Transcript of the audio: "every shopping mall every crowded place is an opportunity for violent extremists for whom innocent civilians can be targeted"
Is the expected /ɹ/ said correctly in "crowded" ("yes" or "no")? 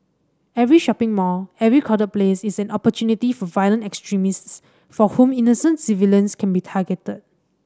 no